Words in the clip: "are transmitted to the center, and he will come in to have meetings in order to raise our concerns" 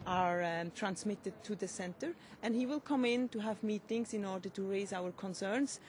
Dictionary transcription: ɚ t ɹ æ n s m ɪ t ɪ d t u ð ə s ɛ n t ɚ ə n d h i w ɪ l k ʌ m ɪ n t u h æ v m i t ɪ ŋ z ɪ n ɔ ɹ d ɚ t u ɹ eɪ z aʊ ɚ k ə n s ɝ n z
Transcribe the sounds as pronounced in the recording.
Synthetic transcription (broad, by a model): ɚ t ɹ æ n s m ɪ t ɪ d t u ð ə s ɛ n t ɚ ə n d h i w ɪ l k ʌ m ɪ n t u h æ v m i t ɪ ŋ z ɪ n ɔ ɹ d ɚ t u ɹ eɪ z aʊ ɚ k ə n s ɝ n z